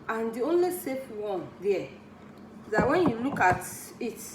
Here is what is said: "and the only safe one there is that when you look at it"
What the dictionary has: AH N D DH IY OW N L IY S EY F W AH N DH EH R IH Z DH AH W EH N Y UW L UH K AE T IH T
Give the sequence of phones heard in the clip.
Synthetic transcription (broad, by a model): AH N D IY OW N L IY S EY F W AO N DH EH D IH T W EH N Y UW L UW K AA T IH T